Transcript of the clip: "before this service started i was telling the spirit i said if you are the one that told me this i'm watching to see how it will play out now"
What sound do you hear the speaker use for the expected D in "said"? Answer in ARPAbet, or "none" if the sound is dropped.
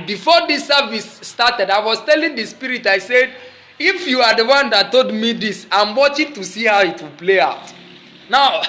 D